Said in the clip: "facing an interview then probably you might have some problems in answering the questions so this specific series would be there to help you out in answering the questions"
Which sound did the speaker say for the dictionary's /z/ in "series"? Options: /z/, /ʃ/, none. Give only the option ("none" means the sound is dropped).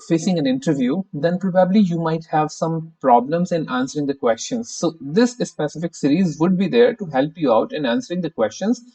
/z/